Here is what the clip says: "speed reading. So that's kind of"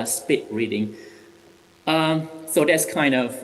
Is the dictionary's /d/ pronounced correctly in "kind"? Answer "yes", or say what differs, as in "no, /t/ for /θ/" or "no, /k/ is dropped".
yes